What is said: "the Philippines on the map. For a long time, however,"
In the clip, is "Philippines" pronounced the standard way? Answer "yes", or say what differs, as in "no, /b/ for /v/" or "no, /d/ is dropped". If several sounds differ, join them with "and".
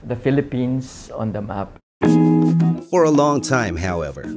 no, /s/ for /z/